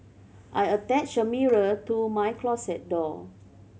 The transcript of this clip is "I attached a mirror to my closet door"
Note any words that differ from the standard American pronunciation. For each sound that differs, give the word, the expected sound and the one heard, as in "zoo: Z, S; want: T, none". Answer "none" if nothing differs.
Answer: attached: T, none; closet: Z, S